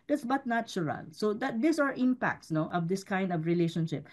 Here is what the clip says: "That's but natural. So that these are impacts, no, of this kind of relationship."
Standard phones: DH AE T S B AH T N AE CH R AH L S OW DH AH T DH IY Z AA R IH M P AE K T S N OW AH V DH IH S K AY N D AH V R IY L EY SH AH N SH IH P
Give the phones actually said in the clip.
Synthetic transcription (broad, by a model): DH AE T S B AH T N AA CH R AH N S OW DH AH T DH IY S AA R IH M P AE K T S N OW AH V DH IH S K AY N D AH V R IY L EY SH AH N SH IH P